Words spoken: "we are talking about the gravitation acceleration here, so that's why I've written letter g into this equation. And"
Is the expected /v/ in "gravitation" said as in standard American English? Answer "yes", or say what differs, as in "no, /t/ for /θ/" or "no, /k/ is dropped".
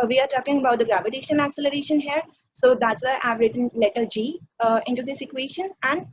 yes